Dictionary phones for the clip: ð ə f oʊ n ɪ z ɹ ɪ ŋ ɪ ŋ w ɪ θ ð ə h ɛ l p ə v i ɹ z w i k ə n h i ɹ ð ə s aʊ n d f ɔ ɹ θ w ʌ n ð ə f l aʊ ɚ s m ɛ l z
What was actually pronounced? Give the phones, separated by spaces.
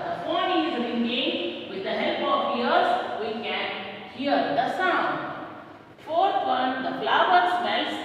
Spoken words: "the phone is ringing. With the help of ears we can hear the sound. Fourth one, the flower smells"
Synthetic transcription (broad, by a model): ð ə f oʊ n ɪ z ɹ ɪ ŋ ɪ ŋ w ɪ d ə h ɛ l p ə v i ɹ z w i k ə n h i ɹ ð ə s aʊ n d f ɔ ɹ t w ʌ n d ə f l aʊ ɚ s m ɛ l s